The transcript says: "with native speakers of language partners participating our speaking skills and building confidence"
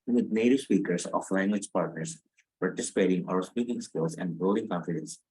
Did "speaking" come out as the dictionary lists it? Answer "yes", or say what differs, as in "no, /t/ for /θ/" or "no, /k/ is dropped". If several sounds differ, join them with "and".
yes